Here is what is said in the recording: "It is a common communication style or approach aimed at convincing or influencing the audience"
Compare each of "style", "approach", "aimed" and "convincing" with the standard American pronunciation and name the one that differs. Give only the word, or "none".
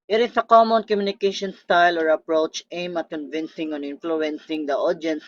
aimed